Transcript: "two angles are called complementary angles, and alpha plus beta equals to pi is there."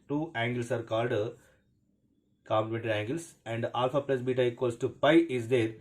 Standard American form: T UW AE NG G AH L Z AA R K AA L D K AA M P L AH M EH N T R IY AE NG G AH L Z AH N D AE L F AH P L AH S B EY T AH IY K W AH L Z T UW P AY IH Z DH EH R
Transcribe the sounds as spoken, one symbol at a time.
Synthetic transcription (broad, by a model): T UW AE NG G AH L S AA R K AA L D K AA M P L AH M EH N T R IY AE NG G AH L S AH N D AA L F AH P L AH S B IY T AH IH K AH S T UW P AY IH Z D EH R